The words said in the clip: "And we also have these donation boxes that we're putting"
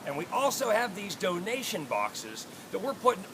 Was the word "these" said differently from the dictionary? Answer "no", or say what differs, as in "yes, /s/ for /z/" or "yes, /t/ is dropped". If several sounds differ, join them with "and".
no